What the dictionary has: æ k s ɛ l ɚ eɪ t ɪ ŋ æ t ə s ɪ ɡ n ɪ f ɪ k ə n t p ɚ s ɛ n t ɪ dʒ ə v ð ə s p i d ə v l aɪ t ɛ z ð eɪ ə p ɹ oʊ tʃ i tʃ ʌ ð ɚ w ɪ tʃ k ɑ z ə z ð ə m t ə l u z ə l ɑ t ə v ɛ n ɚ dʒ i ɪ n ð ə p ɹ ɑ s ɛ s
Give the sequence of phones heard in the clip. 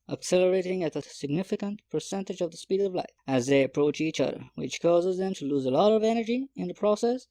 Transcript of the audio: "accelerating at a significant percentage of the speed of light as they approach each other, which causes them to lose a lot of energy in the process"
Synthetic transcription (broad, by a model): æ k s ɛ l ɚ eɪ t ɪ ŋ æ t ə s ɪ ɡ n ɪ f ɪ k ə n t p ɚ s ɛ n t ɪ dʒ ə v ð ə s p i d ə v l aɪ ɪ z ð eɪ ə p ɹ oʊ tʃ i tʃ ʌ ð ɚ w ɪ tʃ k ɑ z ə z ð ə m t ə l u z ə l ɑ t ə v ɛ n ɚ dʒ i ɪ n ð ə p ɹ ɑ s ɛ s